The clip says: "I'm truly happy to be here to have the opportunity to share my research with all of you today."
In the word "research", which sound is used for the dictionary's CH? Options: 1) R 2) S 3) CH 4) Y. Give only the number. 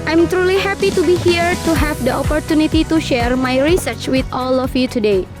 3